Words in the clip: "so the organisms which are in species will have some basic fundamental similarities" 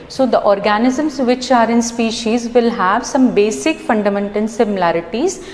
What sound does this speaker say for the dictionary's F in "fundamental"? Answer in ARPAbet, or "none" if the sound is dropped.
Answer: F